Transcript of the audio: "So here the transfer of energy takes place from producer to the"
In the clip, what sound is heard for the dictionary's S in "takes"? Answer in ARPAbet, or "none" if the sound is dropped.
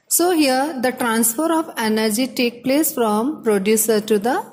none